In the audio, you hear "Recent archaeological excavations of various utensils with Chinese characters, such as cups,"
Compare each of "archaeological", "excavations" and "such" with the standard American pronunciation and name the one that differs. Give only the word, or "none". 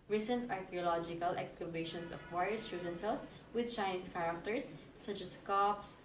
excavations